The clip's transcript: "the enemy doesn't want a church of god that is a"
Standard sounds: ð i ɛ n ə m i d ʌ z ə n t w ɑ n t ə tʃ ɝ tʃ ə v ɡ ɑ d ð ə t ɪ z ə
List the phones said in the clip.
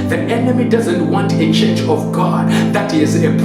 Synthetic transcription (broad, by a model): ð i ɛ n ə m i d ʌ z ə n t w ɑ n t ə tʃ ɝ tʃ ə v ɡ ɑ d ð ə t ɪ z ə